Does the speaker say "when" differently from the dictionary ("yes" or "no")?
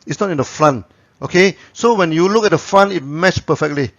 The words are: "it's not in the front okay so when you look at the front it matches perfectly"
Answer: no